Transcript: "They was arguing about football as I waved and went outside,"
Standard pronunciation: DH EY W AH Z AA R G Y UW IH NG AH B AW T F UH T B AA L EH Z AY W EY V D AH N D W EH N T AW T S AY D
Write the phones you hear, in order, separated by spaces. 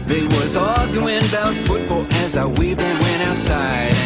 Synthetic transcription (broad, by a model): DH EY W AH Z AA L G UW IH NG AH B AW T F UH T B AA L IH Z AY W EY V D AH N W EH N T AW T S AY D